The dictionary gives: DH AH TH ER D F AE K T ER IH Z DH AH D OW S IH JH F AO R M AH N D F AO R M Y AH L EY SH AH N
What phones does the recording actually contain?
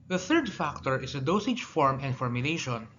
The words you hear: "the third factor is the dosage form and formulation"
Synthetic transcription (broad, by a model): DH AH TH ER D F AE K T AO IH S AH D OW S IH JH F AO R M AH N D F AO R M Y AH L EY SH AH N